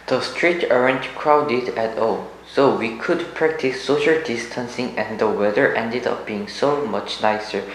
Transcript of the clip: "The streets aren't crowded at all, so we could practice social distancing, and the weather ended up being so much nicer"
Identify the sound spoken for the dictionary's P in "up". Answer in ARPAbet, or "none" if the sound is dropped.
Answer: F